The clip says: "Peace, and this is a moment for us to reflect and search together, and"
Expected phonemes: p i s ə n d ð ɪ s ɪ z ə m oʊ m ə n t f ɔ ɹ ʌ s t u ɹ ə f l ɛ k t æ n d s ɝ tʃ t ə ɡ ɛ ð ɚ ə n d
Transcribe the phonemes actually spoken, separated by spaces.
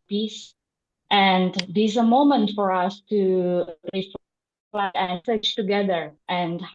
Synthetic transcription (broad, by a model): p i s ə n d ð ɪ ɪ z ə m oʊ m ə n t f ɔ ɹ ʌ s t u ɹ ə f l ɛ t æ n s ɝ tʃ t ə ɡ ɛ ð ɚ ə n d